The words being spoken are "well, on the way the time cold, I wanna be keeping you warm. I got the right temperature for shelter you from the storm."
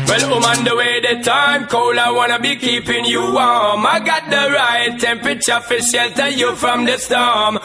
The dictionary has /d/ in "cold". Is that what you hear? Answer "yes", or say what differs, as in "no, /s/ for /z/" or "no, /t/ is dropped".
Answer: no, /d/ is dropped